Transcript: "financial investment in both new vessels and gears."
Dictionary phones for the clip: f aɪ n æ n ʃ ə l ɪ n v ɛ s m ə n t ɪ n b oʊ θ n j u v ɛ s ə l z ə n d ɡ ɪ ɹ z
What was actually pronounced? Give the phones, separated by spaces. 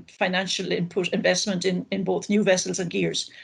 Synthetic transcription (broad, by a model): f aɪ n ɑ n ʃ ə l ɪ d v ɛ s m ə n t ɪ n b oʊ θ n j u v ɛ s ə l z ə n ɡ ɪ ɹ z